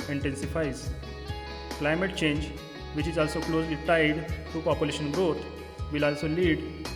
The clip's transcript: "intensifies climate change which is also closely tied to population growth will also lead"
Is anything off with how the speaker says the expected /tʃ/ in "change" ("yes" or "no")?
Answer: no